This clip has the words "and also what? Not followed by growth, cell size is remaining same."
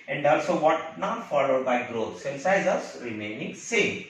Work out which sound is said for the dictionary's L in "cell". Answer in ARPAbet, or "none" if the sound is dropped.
N